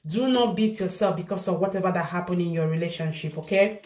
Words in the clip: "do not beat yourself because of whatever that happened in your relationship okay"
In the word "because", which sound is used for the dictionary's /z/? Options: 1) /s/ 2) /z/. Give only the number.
1